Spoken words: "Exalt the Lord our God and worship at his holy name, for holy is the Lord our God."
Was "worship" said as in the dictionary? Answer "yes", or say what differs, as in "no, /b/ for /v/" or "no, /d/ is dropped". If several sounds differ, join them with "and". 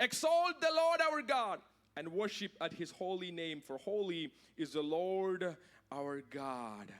yes